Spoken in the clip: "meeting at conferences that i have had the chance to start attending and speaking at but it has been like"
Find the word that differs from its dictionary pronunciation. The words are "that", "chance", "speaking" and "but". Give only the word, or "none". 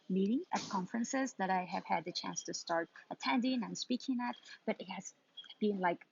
none